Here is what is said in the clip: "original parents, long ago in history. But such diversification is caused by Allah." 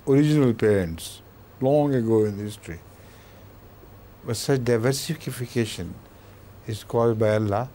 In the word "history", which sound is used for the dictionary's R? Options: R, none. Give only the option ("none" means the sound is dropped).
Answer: R